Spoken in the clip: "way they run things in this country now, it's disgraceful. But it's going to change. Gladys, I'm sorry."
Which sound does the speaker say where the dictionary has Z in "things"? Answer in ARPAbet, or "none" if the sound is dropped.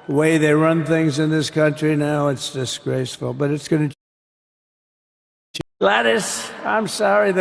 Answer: Z